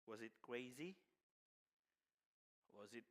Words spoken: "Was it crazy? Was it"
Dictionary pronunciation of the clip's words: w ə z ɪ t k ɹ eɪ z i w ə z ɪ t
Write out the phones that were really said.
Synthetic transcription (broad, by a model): w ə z ɪ t k ɹ eɪ z i w ə z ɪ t